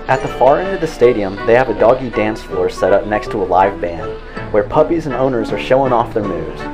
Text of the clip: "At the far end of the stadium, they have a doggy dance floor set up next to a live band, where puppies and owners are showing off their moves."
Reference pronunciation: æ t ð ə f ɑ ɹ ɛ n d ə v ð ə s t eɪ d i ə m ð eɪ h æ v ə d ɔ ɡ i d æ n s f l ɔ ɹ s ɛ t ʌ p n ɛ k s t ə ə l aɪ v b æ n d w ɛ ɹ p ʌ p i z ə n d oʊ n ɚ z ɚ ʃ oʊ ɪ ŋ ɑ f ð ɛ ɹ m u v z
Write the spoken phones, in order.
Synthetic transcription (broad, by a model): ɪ t ð ə f ɑ ɹ ɛ n d ə v ð ə s t eɪ d i ə m ð eɪ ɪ v ə d ɔ ɡ i d æ n s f ɔ ɹ s ɛ t ʌ p n ɛ k s t ə ə l aɪ v b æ n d w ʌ ɹ p ʌ p i z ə n oʊ n ɚ z ɚ ʃ oʊ ɪ ŋ ɑ f ð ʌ ɹ m u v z